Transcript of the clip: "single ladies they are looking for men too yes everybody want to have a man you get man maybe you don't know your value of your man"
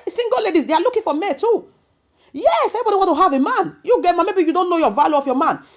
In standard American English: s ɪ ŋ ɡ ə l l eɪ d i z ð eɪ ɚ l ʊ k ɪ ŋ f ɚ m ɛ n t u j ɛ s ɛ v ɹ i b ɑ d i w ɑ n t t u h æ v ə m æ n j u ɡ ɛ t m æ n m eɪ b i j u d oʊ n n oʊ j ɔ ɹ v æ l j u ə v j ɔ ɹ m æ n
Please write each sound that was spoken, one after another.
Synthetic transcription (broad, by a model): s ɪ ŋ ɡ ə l l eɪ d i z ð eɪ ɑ l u k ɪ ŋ f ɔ m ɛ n t u j ɛ s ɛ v i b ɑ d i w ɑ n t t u h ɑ v ə m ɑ n j u ɡ ɛ t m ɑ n m eɪ b i j u d oʊ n n oʊ j ɔ v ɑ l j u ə f j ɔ m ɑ n